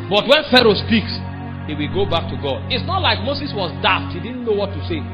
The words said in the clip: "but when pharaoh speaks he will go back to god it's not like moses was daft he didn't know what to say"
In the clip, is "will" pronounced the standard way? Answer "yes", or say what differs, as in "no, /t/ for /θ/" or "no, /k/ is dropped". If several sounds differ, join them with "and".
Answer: yes